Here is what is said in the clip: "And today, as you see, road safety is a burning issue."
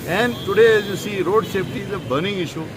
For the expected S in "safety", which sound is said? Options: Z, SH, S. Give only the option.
SH